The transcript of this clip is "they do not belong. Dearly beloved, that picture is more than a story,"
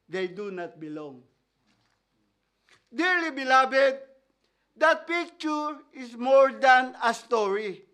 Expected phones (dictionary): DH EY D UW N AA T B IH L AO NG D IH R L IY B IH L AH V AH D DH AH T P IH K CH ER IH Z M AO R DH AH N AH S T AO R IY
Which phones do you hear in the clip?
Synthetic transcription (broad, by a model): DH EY D UW N AA T B IH L AO NG D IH R L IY B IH L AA B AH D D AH T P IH K CH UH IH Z M AO R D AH N AH S T AO R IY